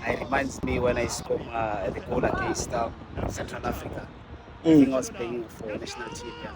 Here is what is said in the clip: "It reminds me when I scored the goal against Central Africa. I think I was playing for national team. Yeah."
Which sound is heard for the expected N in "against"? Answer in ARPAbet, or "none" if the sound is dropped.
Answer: none